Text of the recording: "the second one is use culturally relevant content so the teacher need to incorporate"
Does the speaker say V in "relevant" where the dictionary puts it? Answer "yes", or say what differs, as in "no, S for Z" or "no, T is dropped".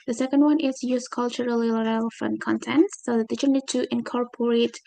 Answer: no, F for V